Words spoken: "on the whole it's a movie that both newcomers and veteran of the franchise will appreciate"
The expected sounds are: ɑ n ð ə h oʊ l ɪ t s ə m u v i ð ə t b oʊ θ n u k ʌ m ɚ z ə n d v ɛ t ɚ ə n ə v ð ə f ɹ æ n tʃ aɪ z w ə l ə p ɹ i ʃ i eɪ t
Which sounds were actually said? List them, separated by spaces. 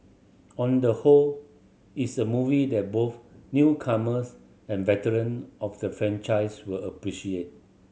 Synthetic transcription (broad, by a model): ɑ n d ə h oʊ l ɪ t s ə m u v i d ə t b oʊ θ n u k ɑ m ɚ s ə n v ɛ t ɚ ə n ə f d ə f ɹ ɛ n tʃ aɪ s w ə l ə p ɹ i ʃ i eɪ t